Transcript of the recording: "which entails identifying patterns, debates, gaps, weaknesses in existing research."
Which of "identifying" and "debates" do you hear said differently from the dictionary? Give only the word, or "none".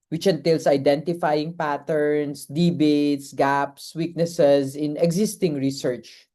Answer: none